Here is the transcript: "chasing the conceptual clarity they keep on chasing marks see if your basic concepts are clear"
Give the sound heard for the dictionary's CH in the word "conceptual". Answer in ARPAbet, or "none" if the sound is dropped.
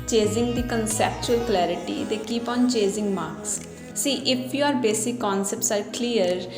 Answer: CH